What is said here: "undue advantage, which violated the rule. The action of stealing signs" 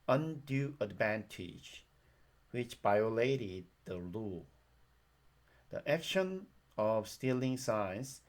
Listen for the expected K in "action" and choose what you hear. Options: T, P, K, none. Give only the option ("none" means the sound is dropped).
K